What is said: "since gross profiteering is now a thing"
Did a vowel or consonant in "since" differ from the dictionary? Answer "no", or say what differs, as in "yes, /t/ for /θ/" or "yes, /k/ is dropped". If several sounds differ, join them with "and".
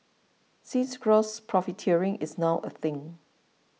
yes, /n/ is dropped